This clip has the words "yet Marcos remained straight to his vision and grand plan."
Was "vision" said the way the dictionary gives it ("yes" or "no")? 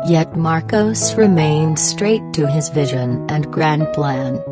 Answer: yes